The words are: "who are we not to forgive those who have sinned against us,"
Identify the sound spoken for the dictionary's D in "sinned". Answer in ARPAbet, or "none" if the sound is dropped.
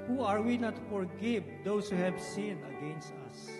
none